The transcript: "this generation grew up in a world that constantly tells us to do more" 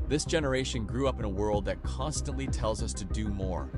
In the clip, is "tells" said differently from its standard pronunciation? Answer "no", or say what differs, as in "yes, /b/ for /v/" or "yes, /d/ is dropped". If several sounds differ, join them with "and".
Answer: no